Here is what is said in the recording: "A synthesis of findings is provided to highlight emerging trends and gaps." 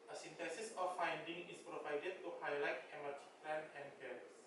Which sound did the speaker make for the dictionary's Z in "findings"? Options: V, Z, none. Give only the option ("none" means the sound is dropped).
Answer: none